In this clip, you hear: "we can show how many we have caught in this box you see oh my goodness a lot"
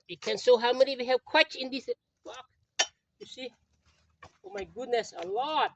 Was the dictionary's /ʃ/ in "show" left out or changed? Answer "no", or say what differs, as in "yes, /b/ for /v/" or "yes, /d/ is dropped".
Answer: yes, /s/ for /ʃ/